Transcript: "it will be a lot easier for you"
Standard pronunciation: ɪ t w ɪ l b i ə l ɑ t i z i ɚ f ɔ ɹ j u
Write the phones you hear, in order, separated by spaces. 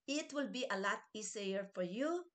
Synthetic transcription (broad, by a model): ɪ t w ɪ l b i ə l ɑ t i s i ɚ f ɔ ɹ j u